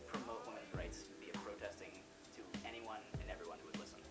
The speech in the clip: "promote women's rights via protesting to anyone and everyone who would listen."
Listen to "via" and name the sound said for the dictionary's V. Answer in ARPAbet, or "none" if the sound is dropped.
B